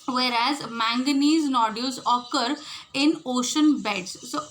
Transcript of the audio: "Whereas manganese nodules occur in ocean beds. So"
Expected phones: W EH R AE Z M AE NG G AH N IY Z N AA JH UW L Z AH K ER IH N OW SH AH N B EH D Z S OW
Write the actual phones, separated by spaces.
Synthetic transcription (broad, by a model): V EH R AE Z M AE NG G AH N IY Z N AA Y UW Z AH K ER IH N OW SH AH N B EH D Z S OW